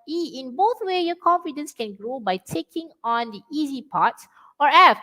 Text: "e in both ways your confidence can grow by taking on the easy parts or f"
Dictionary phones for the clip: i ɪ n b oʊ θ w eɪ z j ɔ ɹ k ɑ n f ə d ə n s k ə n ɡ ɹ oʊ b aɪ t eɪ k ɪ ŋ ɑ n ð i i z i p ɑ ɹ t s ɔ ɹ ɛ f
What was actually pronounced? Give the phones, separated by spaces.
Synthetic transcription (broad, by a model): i ɪ n b oʊ θ w eɪ j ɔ k ɑ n f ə d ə n s k ə n ɡ ɹ oʊ b aɪ t eɪ k ɪ ŋ ɑ n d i i z i p ɑ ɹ t s ɔ ɹ ɛ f